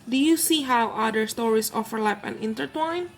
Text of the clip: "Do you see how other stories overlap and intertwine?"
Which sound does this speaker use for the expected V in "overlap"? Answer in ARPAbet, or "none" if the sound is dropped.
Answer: F